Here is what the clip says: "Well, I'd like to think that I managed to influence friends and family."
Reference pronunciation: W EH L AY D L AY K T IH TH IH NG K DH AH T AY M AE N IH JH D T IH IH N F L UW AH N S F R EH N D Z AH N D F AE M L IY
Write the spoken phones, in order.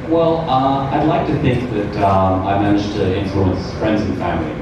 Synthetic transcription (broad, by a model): W EH L AY D L AY K T IH TH IH NG K DH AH T AY M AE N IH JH T IH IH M F L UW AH N S F R EH N D Z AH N F AE M L IY